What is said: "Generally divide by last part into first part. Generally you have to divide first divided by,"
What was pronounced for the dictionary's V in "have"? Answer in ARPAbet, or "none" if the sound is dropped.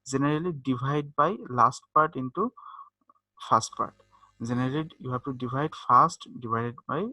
B